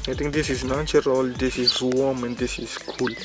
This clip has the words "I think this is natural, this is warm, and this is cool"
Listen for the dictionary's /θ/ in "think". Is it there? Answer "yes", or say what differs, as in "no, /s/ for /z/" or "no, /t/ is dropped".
no, /t/ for /θ/